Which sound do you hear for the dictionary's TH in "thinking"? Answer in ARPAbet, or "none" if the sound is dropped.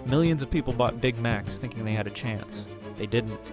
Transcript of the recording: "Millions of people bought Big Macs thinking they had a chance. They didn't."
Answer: TH